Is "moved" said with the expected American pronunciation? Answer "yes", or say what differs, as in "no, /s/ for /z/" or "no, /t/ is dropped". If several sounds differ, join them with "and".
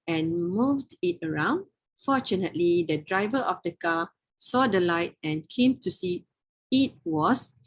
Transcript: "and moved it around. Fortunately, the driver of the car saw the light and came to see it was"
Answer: yes